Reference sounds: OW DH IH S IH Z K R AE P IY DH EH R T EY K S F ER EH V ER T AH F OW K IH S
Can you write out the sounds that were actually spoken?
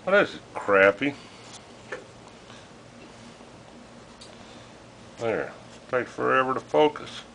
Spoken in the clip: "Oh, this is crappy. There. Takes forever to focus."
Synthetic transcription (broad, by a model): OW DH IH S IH K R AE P IY DH EH R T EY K F ER EH V ER T AH F OW K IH S